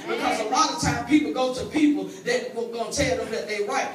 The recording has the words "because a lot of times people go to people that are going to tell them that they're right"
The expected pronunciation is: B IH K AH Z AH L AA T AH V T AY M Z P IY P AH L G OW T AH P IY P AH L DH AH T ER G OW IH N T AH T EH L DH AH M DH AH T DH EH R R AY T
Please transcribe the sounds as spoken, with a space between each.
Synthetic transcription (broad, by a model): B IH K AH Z AH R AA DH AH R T AY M P IY P L G OW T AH P IY P L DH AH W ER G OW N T T EH L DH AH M DH AH T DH EH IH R AY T